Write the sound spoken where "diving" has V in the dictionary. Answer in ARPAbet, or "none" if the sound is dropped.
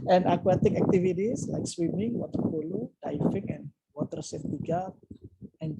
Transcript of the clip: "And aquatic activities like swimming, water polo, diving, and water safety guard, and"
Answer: F